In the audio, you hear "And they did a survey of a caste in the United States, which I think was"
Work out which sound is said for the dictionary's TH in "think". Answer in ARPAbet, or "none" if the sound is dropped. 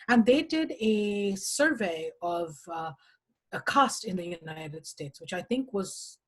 TH